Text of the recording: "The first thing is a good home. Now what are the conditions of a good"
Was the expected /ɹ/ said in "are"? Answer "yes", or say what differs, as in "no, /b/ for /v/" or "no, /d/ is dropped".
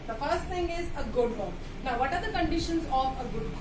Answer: yes